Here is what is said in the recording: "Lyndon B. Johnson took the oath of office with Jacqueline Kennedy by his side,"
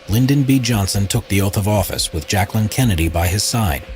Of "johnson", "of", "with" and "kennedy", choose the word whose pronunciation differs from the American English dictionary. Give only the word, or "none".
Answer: none